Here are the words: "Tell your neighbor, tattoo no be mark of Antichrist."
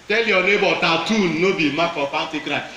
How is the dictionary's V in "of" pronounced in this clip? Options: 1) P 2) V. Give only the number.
1